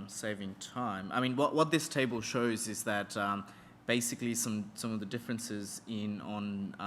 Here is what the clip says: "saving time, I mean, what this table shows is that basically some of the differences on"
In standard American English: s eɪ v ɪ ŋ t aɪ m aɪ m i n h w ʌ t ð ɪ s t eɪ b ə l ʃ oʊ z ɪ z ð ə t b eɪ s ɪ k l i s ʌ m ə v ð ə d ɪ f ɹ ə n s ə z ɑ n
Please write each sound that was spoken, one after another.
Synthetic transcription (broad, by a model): s eɪ v ɪ ŋ t aɪ m aɪ m i n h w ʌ t ð ɪ s t eɪ b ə l ʃ oʊ z ɪ z ð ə t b eɪ s ɪ k l i s ʌ m ə v ð ə d ɪ f ɹ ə n s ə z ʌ n